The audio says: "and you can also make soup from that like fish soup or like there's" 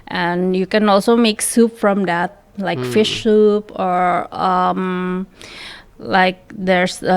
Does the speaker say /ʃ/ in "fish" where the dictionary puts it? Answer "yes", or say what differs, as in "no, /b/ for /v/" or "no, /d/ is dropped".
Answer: yes